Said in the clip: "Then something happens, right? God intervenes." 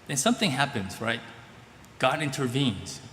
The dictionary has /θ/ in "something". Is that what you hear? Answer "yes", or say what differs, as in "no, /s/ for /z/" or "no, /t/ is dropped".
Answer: yes